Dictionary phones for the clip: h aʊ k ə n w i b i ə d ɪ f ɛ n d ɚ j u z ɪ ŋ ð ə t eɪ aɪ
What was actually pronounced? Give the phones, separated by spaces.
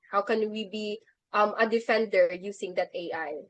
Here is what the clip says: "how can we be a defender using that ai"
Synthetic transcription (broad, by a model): h aʊ k ə n w i b i ə d ɪ f ɛ n d ɚ j u s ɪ ŋ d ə t eɪ aɪ